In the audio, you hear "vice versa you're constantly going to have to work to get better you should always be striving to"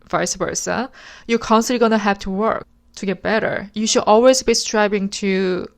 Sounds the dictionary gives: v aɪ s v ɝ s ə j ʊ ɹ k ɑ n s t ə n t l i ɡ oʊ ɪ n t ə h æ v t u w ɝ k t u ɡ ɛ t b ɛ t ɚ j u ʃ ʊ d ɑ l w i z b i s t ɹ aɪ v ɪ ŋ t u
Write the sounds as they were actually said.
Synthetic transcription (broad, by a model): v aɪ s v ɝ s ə j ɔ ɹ k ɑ n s t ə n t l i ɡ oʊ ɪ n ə h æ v t u w ɝ k t u ɡ ɛ t b ɛ t ɚ j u ʃ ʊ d ɑ l w i z b i s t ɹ aɪ b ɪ ŋ t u